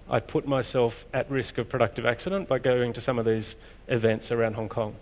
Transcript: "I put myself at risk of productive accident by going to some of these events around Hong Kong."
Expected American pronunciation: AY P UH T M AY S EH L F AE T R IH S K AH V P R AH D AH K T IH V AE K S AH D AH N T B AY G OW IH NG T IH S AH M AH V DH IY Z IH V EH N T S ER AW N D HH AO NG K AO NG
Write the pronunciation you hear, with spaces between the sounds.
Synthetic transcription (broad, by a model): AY P UH T M AY S EH L F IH T R IH S K AH V P R AH D AH K T IH V AE K S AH D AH N B AY G OW IH NG T IH S AH M AH V DH IY Z IH V EH N T S ER AW N D HH AO NG K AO NG